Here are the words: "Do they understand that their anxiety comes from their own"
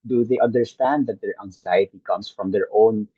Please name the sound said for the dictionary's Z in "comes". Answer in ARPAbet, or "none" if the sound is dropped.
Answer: S